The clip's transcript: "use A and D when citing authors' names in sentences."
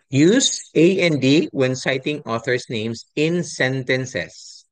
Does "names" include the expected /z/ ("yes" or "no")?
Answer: no